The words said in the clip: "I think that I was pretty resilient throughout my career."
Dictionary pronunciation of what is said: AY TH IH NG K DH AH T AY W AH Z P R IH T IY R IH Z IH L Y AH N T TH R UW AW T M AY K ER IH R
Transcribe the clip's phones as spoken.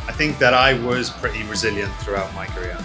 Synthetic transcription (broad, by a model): AY TH IH NG K DH AH T AY W AH Z P R IH T IY R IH Z IH L Y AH N TH R UW AW T M AY K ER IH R